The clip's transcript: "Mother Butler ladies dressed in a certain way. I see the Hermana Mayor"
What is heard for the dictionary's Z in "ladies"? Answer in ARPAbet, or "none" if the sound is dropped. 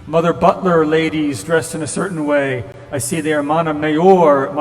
Z